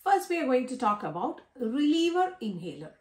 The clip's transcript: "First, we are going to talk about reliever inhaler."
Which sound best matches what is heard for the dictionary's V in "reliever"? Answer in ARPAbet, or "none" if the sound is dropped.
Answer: V